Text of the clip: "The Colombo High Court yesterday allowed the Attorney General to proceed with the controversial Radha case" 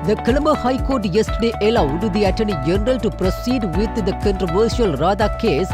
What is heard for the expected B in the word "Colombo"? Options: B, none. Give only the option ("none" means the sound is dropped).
none